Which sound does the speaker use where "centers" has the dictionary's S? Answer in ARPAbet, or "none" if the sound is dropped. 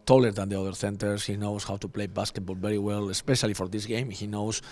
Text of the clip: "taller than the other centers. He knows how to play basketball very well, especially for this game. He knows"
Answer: TH